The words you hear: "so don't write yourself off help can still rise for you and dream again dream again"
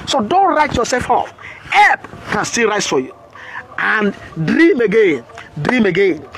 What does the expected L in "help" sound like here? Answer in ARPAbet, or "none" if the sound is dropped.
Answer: none